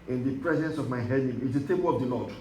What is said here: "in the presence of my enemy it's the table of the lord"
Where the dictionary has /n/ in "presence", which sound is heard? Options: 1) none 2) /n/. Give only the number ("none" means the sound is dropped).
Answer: 2